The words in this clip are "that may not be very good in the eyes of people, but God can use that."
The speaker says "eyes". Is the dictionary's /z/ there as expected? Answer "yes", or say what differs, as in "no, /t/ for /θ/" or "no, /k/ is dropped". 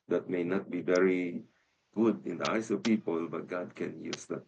no, /s/ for /z/